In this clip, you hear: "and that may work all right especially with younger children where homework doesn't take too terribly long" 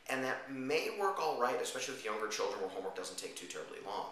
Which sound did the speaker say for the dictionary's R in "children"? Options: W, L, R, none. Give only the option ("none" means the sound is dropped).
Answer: R